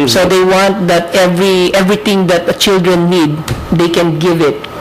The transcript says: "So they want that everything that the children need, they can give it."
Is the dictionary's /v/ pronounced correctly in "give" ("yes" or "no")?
yes